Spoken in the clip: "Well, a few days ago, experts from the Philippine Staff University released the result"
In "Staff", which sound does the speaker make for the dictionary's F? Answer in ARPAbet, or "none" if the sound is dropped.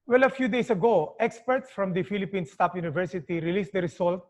P